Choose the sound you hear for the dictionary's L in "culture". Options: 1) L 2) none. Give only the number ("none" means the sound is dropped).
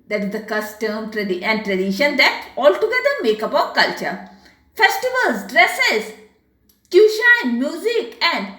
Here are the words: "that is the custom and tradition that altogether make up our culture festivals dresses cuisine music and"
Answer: 1